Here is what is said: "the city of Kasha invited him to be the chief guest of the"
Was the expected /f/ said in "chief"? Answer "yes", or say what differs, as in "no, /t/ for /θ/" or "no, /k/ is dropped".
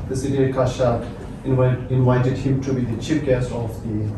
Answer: no, /p/ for /f/